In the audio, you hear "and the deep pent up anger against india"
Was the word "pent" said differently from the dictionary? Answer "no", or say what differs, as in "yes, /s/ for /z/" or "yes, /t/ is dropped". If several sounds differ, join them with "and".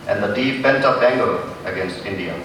yes, /b/ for /p/